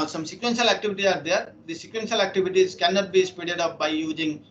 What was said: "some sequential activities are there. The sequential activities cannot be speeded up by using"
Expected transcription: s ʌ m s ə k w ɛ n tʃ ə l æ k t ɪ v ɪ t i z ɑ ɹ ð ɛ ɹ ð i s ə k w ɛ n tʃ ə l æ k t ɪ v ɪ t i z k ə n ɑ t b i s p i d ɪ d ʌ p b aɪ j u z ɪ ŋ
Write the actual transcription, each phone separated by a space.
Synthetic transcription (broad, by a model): s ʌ m s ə k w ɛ n ʃ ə l æ k t ɪ v ɪ t i z ɑ ɹ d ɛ ɹ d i s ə k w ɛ n ʃ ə l æ k t ɪ v ɪ t i z k ə n ɑ t b i s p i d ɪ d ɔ f b aɪ j u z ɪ ŋ